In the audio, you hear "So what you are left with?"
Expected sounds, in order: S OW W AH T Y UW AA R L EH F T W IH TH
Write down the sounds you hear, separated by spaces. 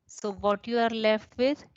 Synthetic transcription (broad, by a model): S OW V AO T Y UW AA R L EH F T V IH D